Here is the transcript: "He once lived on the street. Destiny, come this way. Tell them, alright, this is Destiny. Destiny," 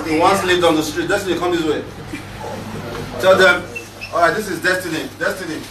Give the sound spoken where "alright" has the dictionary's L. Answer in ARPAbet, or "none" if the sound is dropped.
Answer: none